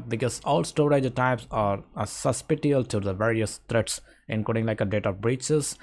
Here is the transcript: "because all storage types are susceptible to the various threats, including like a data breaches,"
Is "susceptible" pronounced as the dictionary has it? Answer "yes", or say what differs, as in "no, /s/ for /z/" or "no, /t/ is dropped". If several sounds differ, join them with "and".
no, /b/ is dropped